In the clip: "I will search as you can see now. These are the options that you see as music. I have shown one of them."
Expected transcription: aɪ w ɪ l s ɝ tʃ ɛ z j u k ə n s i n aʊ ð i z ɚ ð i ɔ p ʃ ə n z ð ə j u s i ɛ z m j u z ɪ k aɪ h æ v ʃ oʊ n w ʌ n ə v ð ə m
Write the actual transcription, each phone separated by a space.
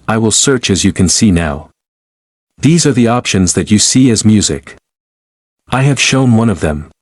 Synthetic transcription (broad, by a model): aɪ w ɪ l s ɝ tʃ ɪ z j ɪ k ə n s i n aʊ ð i z ɚ ð i ɔ p ʃ ə n z ð ə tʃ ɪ s i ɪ z m j u z ɪ k aɪ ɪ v ʃ oʊ n w ʌ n ə v ð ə m